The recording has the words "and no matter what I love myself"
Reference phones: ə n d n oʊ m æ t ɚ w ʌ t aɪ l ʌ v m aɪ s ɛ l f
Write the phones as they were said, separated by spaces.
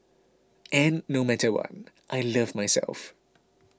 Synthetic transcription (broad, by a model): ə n n oʊ m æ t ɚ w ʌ t aɪ l ʌ v m aɪ s ɛ l f